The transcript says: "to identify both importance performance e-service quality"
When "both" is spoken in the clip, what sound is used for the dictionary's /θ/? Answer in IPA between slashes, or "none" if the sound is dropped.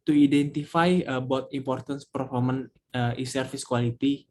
/t/